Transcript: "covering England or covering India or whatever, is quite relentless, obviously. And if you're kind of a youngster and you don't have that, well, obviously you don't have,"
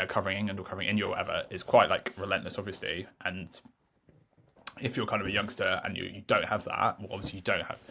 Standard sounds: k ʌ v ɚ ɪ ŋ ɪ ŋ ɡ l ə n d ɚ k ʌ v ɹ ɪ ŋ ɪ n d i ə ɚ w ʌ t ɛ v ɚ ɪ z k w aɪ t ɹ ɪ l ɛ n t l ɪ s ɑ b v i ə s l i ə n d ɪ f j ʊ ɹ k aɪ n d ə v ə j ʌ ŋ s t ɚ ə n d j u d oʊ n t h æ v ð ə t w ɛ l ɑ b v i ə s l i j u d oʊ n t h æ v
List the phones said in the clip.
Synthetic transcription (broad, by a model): k ʌ v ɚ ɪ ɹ ɪ ŋ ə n ɚ k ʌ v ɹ ɪ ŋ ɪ n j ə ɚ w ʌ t ɛ v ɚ ɪ z k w aɪ t ɹ ɪ l ɛ n t l ɪ s ɑ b v i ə s l i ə n ɪ f j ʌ k aɪ n d ə v ə j ʌ ŋ s t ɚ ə n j j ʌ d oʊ n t h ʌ v ð ə t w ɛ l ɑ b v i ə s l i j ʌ d oʊ n t h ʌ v